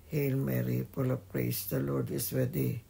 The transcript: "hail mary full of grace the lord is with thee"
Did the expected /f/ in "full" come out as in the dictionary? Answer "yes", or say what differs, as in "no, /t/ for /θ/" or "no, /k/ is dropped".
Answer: no, /p/ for /f/